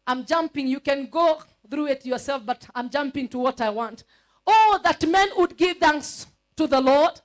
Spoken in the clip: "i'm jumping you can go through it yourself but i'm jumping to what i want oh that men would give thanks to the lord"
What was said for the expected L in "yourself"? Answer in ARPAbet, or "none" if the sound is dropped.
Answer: L